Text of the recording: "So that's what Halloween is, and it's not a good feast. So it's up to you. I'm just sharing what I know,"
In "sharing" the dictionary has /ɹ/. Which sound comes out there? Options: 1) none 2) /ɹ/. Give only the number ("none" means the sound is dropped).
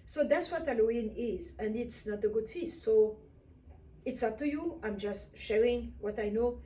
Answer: 2